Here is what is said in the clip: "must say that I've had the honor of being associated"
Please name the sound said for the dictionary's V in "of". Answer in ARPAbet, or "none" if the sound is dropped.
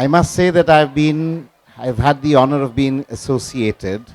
V